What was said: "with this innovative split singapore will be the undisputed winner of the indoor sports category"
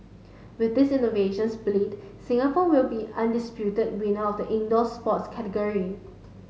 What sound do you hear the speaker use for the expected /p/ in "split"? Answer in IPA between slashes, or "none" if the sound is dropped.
/b/